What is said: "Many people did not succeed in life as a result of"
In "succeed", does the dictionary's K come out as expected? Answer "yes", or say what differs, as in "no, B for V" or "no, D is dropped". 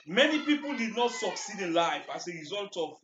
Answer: yes